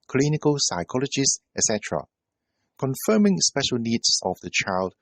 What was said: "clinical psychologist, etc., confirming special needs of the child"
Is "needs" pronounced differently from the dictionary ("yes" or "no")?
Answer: yes